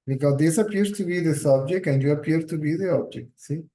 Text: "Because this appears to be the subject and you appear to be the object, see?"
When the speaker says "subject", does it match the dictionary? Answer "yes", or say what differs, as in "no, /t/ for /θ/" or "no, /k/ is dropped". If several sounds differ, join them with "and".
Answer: no, /t/ is dropped